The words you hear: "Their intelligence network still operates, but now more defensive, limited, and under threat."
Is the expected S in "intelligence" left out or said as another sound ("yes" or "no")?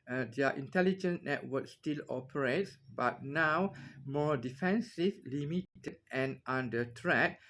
yes